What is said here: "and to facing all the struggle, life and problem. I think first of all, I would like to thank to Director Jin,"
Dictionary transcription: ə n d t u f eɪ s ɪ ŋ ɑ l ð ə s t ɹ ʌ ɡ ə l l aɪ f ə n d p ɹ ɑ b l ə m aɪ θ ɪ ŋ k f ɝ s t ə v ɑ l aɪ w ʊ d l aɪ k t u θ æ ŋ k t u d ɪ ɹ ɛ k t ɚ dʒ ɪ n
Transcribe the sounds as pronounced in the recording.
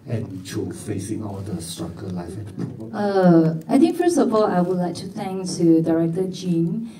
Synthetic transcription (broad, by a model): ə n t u f eɪ s ɪ ŋ ɑ l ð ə s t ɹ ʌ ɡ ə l l aɪ f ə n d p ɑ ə aɪ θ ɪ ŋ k f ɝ s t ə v ɑ l aɪ w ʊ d l aɪ k t u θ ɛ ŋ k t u d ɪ ɹ ɛ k t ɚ dʒ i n